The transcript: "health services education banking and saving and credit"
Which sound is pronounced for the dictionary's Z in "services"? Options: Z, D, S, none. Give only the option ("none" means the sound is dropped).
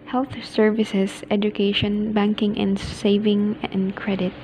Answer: S